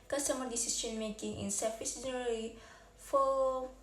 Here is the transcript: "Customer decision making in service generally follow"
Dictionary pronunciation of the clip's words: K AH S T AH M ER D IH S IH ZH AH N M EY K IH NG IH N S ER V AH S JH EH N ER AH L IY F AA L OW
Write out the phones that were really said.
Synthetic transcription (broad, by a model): K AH S T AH M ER D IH S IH SH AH N M EY K IH NG IH N S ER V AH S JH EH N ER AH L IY F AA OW